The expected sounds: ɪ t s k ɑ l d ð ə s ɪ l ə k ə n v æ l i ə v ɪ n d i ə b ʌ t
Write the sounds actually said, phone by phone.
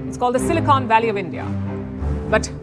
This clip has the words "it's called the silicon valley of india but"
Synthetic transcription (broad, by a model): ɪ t s k ɑ l d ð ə s ɪ l ə k ə n v æ l i ə v ɪ n d i ə b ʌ t